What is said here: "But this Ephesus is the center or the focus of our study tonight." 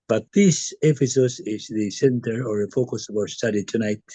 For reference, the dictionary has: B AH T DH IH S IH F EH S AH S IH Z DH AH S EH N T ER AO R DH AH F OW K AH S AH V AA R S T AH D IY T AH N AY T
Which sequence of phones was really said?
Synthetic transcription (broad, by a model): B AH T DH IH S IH P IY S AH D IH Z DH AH S EH N T ER AO R DH AH F OW K AH S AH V AA R S T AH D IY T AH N AY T